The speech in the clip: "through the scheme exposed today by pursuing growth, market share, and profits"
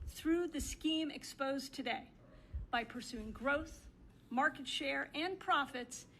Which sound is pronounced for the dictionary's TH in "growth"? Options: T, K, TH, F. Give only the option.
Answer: TH